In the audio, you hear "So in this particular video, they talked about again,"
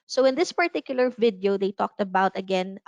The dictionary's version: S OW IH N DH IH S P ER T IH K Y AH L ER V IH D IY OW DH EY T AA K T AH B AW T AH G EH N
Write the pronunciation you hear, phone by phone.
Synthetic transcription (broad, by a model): S OW IH N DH IH S P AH T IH K Y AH L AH V IH D IY OW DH EY T AA K T AH B AW T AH G EH N